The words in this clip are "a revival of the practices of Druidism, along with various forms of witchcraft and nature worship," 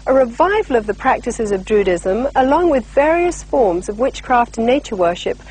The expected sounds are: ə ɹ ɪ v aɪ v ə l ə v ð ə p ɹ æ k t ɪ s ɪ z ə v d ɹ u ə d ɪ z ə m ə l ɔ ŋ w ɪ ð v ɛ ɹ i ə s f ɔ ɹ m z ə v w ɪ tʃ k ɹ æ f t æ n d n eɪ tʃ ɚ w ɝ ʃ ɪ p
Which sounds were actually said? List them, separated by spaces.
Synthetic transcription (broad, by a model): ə ɹ ɪ v aɪ v ə l ə v ð ə p ɹ æ k t ɪ s ɪ z ə v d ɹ u d ɪ z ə m ə l ɔ ŋ w ɪ ð v ɛ ɹ i ə s f ɔ ɹ m z ə v w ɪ tʃ k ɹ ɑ f t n n eɪ tʃ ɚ w ɝ ʃ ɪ p